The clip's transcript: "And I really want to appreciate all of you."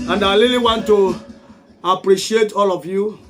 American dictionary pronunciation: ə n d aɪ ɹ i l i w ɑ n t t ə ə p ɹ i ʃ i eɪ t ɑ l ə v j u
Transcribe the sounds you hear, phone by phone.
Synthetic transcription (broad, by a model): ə n d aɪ l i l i w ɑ n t t ə ə p ɹ i ʃ i eɪ t ɑ l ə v j u